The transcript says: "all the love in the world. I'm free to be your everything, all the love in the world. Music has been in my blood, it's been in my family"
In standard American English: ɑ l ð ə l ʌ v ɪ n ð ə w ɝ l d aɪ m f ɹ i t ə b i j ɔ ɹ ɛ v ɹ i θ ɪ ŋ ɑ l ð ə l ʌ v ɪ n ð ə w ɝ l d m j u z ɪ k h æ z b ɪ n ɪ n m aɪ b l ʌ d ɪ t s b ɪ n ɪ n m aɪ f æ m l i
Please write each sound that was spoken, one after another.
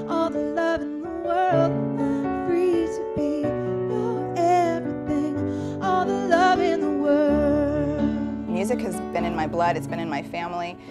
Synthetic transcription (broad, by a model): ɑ l ð ə l ʌ v ɪ n ð ə w ɝ l d f ɹ i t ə b i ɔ l ɛ v ɹ i θ ɪ ŋ ɑ l ð ə l ʌ v ɪ n ð ə w ɝ l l m j u z ɪ k h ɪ z b ɪ n ɪ n m aɪ b l ʌ d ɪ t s b ɪ n ɪ n m aɪ f æ m l i